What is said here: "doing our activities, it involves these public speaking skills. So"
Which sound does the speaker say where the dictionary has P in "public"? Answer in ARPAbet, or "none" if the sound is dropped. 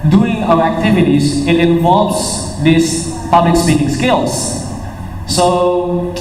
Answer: P